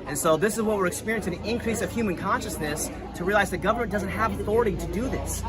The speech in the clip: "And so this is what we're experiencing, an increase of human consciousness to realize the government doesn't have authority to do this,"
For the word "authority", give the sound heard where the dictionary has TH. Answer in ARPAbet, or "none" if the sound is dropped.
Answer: TH